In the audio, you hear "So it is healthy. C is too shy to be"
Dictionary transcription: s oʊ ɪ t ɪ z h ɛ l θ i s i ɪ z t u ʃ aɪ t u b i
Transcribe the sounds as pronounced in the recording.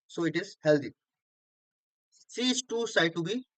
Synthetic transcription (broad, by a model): s oʊ ɪ t ɪ z h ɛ l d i s i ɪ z t u s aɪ t u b i